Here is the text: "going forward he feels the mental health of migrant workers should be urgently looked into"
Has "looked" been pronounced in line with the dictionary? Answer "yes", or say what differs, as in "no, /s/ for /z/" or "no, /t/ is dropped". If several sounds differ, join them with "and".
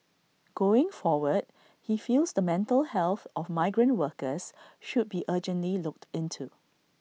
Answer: yes